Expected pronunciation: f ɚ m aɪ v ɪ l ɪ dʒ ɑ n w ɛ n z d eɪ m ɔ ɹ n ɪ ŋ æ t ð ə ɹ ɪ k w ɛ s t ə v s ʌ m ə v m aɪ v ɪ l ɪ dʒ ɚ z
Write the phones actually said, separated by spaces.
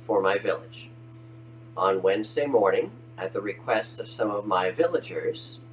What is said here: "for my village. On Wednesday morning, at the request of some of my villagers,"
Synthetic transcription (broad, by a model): f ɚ m aɪ v ɪ l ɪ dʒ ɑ n w ɛ n z d eɪ m ɔ ɹ n ɪ ŋ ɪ t ð ə ɹ ɪ k w ɛ s t ə v s ʌ m ə v m aɪ v ɪ l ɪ dʒ ɚ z